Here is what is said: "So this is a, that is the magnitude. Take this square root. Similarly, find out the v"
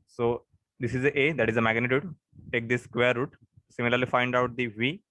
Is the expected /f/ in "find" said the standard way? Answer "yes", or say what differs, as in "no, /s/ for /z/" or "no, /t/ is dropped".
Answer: yes